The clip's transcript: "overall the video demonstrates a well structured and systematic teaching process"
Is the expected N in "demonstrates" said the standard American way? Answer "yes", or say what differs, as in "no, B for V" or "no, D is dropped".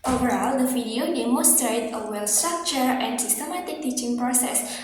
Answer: no, N is dropped